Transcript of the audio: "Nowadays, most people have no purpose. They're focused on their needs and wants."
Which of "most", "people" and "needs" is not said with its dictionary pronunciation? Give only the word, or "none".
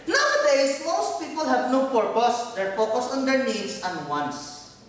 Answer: needs